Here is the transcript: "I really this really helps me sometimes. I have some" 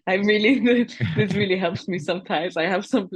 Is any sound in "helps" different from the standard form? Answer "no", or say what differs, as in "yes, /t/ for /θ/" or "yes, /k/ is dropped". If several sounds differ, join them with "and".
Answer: no